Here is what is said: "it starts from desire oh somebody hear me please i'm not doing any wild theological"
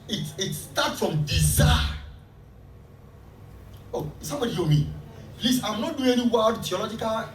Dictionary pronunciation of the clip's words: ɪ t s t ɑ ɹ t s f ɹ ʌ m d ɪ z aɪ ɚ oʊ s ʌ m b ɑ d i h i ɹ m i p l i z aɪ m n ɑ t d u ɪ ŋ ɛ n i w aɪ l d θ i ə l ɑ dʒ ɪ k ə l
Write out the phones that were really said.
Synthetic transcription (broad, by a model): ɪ t s t ɑ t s f ɹ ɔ m d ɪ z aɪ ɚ oʊ s ʌ m b ɑ d i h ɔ m i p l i s aɪ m n ɑ t d u ɪ ŋ ɛ n i w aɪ d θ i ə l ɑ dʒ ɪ k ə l